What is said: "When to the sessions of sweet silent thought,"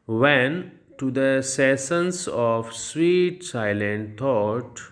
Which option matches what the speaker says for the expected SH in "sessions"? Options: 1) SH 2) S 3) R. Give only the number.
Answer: 2